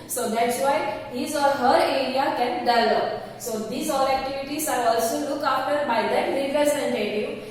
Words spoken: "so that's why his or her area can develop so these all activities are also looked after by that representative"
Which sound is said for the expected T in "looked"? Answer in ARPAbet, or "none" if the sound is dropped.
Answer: none